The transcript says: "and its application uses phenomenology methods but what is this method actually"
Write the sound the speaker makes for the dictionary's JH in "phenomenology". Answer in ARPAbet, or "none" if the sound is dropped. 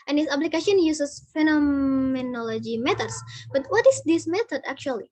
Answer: JH